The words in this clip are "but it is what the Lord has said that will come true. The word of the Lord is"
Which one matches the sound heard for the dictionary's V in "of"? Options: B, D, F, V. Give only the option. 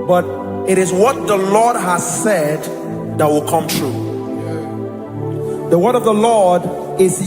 V